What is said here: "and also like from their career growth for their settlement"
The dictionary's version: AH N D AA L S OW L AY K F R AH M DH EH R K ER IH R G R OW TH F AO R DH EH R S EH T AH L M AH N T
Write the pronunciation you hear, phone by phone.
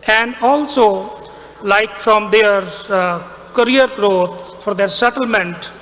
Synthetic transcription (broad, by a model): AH N D AA L S OW L AY K F R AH M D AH R K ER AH R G R OW T F AO R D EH R S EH T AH L M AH N T